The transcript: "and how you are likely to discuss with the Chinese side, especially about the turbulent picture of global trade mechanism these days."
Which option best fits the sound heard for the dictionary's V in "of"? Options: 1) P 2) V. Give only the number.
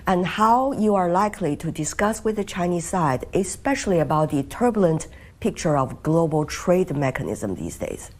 2